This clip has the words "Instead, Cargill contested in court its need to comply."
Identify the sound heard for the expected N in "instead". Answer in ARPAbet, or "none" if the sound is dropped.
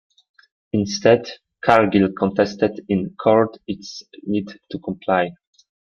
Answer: N